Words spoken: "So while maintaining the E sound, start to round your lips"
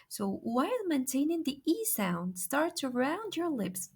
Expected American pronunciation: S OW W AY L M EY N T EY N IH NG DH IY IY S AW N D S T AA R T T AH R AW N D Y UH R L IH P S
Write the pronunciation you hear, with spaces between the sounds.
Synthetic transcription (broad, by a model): S OW W AY L M EY N T EY N IH NG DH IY IY S AW N D S T AA R T S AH R AW N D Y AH R L IH P S